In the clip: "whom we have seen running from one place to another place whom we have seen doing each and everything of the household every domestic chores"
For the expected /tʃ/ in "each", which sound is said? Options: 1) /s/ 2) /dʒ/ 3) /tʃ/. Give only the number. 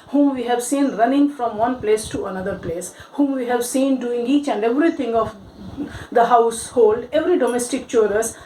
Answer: 3